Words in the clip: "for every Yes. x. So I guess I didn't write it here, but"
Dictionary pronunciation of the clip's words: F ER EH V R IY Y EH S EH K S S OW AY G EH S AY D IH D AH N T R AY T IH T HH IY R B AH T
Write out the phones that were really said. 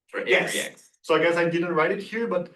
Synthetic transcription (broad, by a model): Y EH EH S S OW AY G EH S AY D IH D AH N T R AY T IH T HH IY R B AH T